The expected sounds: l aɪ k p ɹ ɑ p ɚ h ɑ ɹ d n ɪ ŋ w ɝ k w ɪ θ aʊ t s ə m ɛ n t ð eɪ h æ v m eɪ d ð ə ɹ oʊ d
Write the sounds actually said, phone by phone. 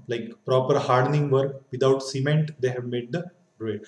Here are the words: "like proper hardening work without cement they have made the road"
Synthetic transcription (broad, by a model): l aɪ k p ɹ ɑ p ɚ h ɑ ɹ d n ɪ ŋ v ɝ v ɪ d aʊ t s ə m ɛ n t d eɪ h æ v m eɪ d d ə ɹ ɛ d